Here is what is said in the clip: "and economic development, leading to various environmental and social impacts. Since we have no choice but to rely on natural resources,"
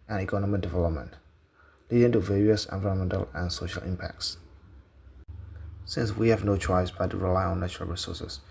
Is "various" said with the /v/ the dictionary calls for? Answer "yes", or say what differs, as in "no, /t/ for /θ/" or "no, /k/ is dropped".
yes